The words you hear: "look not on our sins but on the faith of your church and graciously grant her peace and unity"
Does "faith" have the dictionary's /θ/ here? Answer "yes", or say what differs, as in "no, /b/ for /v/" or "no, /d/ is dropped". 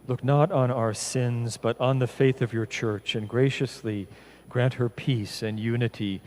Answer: yes